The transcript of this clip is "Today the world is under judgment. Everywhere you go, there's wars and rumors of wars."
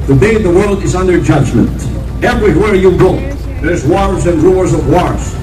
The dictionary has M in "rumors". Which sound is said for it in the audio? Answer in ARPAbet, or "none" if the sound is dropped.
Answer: none